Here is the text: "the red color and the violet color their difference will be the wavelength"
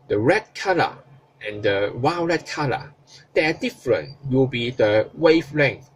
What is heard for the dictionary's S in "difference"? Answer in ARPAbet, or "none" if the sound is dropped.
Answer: none